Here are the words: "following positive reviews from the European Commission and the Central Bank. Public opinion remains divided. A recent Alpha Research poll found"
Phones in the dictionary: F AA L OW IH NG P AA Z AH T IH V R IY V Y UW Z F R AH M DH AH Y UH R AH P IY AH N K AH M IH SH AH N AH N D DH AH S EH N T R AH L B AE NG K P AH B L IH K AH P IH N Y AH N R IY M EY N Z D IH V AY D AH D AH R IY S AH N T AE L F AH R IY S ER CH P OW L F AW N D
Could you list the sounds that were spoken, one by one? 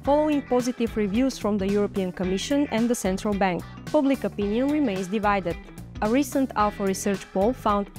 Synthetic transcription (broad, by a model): F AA L OW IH NG P AA Z AH T IH V R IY V Y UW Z F R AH M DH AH Y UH R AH P IY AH N K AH M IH SH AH N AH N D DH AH S EH N T R AH L B AE NG K P AH B L IH K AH P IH N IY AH N R IY M EY N Z D IH V AY D AH D AH R IY S AH N T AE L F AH R IY S ER CH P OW L F AW N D